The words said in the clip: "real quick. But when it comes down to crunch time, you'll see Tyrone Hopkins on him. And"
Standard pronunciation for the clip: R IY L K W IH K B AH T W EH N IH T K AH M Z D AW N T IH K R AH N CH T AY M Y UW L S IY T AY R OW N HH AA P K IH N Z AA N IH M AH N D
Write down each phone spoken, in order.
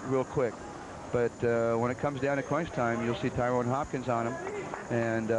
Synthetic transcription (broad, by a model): R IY L K W IH K B AH T W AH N IH T K AH M Z D AW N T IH K W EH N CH T AY M Y UW L S IY T AY R OW N HH AA P K IH N Z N IH M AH N